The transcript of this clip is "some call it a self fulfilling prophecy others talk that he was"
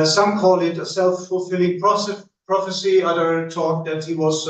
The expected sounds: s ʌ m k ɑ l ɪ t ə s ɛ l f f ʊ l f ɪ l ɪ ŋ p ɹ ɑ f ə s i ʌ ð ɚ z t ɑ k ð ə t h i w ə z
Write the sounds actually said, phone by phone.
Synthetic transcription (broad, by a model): s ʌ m k ɑ l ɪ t ə s ɛ l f f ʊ l f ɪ l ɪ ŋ p ɹ ɑ f ə s i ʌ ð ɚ t ɑ k ð ə t h i w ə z